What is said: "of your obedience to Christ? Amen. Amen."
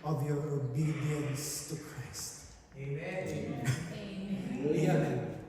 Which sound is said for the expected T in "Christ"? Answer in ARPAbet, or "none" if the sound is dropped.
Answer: none